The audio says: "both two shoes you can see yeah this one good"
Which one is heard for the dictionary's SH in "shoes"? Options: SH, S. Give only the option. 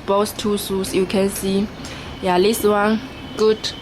S